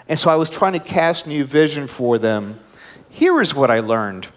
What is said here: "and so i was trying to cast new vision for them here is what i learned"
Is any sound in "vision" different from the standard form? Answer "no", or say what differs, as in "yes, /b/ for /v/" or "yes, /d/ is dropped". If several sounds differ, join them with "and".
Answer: no